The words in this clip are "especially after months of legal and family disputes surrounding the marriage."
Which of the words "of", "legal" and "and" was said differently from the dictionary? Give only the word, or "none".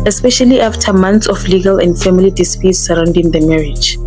of